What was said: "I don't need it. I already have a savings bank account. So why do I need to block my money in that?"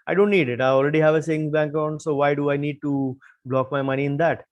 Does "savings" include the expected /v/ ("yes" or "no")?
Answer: no